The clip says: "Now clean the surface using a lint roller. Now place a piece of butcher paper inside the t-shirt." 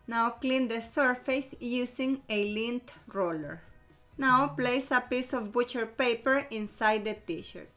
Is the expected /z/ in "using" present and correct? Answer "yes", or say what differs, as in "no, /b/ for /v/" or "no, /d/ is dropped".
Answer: no, /s/ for /z/